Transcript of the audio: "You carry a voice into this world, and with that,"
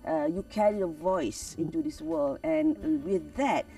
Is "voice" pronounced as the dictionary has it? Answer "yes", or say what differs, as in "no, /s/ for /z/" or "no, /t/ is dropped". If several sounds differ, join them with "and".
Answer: yes